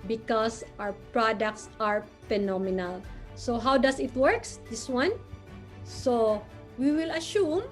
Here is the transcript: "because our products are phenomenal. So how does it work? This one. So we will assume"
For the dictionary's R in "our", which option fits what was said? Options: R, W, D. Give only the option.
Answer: W